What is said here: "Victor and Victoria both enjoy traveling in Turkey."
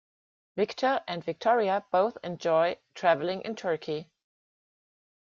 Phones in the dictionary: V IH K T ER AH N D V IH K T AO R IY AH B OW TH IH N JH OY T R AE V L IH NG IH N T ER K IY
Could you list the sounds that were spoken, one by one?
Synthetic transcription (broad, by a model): V IH K T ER AH N D V IH K T AO R IY AH B OW TH IH N JH OY T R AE V L IH NG IH N T ER K IY